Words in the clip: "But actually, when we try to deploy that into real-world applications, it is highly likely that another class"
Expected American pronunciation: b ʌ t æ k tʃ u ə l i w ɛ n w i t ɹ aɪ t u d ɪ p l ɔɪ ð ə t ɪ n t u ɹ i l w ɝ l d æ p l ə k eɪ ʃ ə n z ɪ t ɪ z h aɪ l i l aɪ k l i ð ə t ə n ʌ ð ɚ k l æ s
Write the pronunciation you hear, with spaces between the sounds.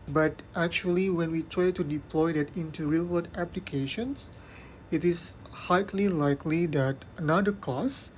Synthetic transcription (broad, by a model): b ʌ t æ k tʃ u ə l i w ɛ n w i t ɹ aɪ t u d ɪ p l ɔɪ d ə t ɪ n t u ɹ i l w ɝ d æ p l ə k eɪ ʃ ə n s ɪ t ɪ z h aɪ l i l aɪ k l i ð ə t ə n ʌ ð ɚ k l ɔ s